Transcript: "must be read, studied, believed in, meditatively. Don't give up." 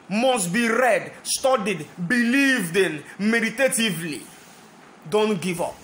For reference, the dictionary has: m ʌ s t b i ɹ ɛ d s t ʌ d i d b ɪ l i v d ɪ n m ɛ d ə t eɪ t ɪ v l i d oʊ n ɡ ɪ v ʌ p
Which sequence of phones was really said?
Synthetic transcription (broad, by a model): m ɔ s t b i ɹ ɛ d s t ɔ d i d b ɪ l i v d ɪ n m ɛ d ə t eɪ t ɪ v l i d oʊ n ɡ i v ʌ p